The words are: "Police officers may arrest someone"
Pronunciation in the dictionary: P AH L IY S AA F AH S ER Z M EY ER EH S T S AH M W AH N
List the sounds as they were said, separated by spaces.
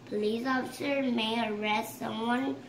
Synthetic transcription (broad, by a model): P L IY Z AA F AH S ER M EY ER EH S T S AH M W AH N